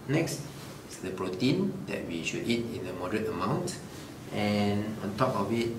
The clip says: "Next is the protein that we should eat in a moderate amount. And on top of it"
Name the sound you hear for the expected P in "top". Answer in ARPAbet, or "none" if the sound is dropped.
P